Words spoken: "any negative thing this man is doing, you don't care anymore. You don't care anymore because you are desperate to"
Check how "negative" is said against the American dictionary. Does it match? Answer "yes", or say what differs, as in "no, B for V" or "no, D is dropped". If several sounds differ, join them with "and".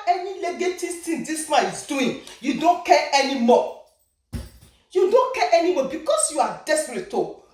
no, L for N